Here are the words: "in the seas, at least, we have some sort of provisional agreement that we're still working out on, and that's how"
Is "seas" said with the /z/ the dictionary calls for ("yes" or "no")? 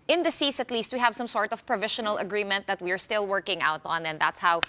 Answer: no